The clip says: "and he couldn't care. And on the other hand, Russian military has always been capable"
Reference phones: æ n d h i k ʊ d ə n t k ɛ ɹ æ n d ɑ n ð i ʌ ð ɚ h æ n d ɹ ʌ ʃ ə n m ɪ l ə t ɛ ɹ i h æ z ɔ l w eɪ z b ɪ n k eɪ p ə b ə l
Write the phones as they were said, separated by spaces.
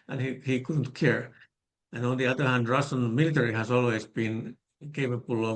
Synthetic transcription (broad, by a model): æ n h h i k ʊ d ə n t k ɛ ɹ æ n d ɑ n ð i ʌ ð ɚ h æ n d ɹ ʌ s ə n m ɪ l ə t ɛ ɹ i h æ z ɔ l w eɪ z b ɪ n k eɪ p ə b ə l